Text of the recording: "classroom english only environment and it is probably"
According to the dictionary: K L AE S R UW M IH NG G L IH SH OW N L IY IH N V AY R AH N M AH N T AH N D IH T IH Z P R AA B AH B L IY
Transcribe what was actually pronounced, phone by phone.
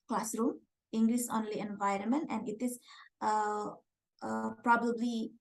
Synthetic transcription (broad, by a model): K L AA S R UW M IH NG G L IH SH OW N L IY IH N V AY R AH N M AH N T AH N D IH T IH S P R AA B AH B L IY